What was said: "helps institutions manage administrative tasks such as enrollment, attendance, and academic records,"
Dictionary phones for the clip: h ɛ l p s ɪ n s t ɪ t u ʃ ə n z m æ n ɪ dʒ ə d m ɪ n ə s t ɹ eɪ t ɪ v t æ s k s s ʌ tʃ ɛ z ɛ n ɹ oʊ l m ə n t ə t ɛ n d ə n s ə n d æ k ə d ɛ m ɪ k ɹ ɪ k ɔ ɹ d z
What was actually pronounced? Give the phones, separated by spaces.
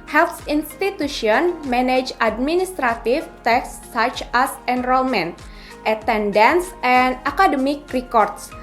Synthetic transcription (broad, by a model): h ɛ l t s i n s t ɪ t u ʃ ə n m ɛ n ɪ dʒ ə d m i n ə s t ɹ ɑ t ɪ f t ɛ k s s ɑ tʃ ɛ s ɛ n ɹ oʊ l m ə n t ə t ɛ n d ə n s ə n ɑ k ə d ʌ m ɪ k ɹ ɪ k ɔ ɹ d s